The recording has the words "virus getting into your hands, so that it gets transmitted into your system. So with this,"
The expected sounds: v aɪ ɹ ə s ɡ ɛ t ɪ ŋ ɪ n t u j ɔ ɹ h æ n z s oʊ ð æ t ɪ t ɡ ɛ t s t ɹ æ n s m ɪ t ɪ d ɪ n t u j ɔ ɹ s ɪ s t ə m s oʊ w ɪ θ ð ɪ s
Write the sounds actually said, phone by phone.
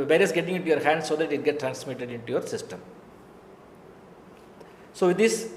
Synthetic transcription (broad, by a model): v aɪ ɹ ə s ɡ ɛ t ɪ ŋ ɪ n t u j ɔ ɹ h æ n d s oʊ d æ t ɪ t ɡ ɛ t t ɹ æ n s m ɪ t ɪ d ɪ n t u j ɔ ɹ s ɪ s t ə m s oʊ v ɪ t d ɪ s